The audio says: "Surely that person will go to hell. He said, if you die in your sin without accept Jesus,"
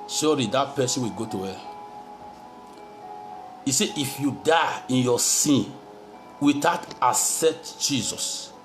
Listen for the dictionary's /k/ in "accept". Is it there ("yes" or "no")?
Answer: no